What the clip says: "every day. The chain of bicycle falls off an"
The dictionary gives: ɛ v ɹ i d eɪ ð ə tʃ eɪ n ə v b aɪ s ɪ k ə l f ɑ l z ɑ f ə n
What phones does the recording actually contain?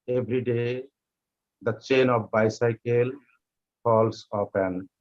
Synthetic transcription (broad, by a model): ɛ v ɹ i d eɪ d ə tʃ eɪ n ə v b aɪ s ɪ k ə l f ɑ l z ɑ p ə n